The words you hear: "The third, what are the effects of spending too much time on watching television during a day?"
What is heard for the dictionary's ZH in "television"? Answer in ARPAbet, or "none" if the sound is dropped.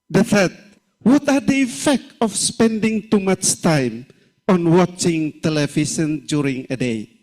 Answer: S